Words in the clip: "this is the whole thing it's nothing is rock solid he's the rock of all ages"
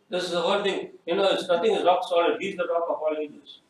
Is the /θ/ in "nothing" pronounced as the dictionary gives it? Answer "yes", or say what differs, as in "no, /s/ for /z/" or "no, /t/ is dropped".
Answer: no, /t/ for /θ/